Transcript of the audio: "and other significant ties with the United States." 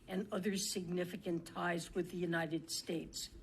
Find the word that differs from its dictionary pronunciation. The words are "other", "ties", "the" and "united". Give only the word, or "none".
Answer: none